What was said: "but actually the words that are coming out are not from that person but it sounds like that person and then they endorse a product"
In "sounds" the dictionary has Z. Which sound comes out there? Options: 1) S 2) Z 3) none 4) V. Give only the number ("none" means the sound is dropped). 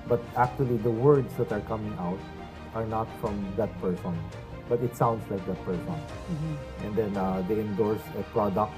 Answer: 1